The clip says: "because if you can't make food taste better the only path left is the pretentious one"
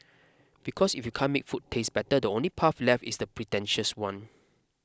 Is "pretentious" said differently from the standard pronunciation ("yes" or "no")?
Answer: no